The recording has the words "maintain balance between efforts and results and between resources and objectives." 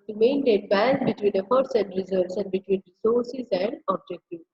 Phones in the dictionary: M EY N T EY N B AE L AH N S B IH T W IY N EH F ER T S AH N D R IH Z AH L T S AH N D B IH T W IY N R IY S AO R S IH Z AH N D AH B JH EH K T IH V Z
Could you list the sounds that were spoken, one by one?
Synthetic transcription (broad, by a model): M EY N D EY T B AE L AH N B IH T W IY N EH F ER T S AH N D R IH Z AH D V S AH N D B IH T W IY N R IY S AO R S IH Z AH N D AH B JH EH K T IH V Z